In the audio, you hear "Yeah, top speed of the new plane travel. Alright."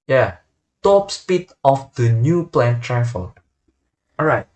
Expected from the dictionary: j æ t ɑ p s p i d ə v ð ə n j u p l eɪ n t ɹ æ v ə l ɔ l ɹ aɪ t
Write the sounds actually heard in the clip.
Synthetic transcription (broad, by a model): j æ t ɑ p s p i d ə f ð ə n j u p l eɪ n t ɹ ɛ f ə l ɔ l ɹ aɪ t